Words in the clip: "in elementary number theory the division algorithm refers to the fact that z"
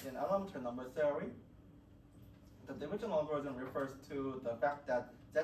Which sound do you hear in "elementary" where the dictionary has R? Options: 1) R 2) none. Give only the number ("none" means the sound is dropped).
2